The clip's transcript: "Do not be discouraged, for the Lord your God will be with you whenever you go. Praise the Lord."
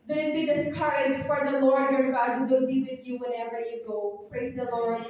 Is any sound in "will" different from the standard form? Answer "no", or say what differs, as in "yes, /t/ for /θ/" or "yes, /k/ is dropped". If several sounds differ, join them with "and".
yes, /w/ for /l/